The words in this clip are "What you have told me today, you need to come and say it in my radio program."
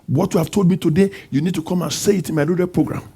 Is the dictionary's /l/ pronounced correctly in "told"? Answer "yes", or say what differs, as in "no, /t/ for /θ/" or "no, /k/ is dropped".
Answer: yes